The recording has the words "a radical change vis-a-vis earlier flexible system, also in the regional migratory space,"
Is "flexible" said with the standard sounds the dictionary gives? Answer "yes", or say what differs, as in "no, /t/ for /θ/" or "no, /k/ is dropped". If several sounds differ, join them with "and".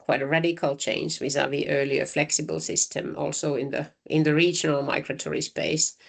yes